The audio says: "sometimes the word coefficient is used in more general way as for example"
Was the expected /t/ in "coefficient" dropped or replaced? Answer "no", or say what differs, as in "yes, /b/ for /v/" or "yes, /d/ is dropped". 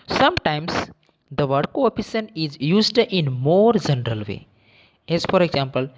yes, /t/ is dropped